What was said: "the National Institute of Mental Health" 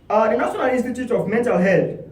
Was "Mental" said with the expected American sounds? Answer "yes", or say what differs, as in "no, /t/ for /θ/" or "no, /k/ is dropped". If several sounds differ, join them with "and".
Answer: yes